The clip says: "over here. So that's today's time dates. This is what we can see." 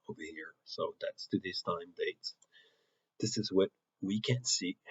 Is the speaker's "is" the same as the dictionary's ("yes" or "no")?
yes